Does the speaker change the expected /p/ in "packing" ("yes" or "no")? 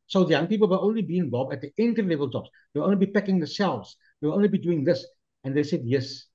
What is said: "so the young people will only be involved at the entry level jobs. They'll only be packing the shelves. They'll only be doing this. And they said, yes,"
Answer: no